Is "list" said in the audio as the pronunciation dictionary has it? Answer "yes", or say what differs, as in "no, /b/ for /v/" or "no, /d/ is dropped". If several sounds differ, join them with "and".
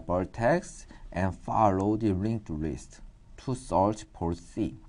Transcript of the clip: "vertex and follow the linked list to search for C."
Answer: yes